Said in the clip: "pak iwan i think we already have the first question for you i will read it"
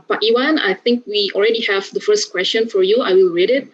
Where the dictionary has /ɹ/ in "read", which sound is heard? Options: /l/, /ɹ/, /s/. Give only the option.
/ɹ/